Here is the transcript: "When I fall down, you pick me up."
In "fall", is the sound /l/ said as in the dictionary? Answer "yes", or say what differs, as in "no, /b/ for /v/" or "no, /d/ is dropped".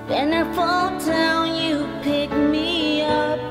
yes